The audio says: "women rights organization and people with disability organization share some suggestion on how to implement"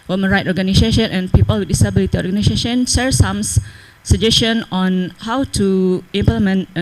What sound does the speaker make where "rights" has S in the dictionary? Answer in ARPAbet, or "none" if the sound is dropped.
none